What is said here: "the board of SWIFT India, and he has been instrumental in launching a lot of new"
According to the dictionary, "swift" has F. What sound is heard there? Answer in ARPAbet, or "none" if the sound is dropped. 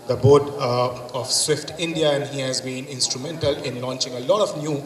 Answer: F